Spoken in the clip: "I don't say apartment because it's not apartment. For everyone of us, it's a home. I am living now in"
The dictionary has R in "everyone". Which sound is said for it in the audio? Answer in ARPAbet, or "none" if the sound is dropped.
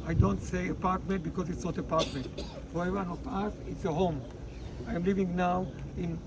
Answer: none